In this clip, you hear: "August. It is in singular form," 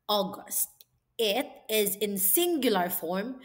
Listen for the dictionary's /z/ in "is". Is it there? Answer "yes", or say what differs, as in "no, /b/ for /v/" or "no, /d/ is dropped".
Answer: yes